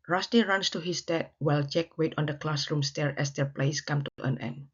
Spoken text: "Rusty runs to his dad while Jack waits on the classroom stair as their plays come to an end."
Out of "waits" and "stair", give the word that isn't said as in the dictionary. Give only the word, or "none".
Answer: waits